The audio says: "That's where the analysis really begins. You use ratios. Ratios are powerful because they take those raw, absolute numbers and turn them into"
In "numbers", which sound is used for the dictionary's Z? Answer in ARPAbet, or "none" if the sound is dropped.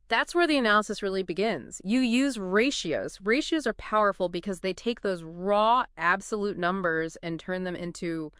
Z